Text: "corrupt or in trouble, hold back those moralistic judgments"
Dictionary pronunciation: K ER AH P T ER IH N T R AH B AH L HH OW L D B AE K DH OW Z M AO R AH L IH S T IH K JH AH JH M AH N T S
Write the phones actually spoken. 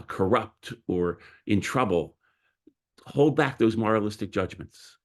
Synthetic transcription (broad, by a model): K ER AH P T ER IH N T R AH B AH L HH OW L D B AE K DH OW Z M AO R AH L IH S T IH K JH AH JH M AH N T S